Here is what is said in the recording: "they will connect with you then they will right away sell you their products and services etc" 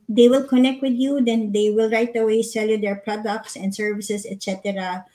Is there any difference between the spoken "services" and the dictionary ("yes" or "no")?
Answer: yes